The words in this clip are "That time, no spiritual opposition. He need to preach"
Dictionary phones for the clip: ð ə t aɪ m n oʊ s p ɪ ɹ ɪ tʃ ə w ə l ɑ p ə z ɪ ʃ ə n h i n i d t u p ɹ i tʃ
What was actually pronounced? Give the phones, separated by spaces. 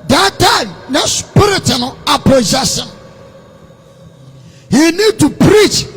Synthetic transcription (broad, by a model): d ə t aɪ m n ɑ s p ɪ ɹ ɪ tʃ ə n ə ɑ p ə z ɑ s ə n h i n i d t u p ɹ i tʃ